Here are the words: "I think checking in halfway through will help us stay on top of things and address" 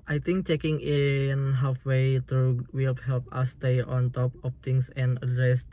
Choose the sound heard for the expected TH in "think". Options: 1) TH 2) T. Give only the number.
2